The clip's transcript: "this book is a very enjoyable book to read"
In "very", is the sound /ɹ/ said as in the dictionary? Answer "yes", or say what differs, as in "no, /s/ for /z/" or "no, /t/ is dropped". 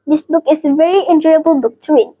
yes